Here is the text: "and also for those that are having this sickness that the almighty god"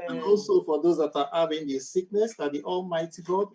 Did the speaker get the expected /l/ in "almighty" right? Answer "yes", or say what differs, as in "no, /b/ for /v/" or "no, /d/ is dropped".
yes